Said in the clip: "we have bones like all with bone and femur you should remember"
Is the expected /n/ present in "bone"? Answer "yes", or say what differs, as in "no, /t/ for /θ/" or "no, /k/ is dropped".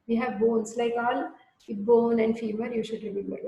yes